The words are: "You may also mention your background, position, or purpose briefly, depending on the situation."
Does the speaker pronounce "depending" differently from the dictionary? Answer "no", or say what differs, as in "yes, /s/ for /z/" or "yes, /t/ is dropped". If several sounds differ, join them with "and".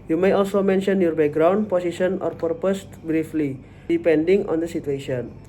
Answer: no